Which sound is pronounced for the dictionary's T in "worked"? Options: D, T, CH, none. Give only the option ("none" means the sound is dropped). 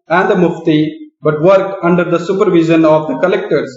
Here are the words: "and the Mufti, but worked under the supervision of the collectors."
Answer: none